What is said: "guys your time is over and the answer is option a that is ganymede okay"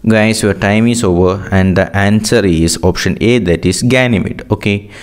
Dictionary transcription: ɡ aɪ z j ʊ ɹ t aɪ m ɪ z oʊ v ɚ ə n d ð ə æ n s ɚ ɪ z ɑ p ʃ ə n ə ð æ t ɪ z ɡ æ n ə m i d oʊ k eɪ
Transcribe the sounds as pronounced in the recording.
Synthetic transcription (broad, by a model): ɡ aɪ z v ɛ ɹ t aɪ m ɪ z oʊ v ɚ ə n d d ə æ n s ɚ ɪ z ɑ p ʃ ə n ə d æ t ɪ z ɡ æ n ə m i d oʊ k eɪ